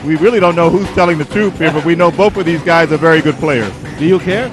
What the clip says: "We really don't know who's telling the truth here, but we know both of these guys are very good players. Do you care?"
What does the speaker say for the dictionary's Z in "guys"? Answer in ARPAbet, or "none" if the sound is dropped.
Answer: Z